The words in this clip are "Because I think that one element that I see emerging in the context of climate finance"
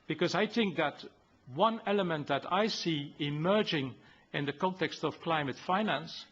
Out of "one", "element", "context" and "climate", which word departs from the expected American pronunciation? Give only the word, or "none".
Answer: none